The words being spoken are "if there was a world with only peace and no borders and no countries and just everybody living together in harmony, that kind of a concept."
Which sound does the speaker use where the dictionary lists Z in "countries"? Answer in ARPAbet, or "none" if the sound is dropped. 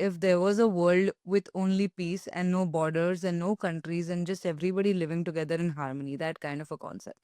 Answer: Z